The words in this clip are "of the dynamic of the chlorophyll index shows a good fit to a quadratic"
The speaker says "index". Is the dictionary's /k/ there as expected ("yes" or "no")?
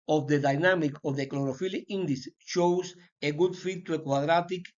no